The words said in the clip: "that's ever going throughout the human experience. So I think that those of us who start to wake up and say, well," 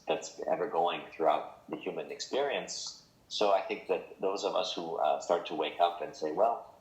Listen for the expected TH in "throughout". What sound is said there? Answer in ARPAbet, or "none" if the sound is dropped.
TH